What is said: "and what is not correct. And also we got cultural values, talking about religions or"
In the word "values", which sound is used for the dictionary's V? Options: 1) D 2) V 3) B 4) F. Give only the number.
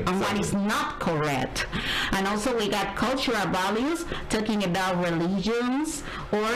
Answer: 3